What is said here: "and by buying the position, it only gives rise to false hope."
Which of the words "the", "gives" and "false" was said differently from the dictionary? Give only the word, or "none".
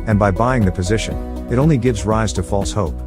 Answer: none